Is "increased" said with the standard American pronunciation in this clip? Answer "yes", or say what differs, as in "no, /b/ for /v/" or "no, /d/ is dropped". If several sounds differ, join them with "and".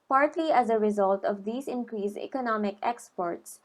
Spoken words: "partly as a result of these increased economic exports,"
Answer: no, /t/ is dropped